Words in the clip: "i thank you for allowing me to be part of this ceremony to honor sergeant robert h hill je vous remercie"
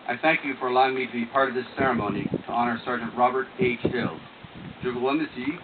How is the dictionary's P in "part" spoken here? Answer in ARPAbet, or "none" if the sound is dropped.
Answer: P